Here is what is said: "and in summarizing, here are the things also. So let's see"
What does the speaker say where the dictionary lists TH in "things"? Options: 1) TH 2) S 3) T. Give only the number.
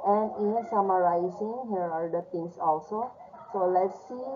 3